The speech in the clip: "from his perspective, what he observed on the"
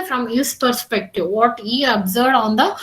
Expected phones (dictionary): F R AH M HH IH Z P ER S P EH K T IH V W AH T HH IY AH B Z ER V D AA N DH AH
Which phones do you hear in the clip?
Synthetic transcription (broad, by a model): F R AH M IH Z P ER S P EH K T IH V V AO T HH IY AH B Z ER D AA N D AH